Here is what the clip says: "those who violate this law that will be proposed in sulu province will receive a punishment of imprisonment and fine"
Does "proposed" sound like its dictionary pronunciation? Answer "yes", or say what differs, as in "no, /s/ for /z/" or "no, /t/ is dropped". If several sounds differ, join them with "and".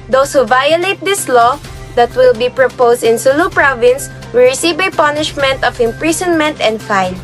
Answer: no, /s/ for /z/